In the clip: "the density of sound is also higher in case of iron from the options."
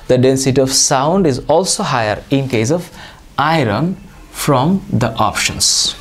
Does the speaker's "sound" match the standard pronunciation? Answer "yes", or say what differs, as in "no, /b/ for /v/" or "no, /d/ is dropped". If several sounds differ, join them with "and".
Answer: yes